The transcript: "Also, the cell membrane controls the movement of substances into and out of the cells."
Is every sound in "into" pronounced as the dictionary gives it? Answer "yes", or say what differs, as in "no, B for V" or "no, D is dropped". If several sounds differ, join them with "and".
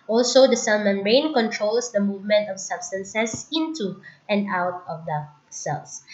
yes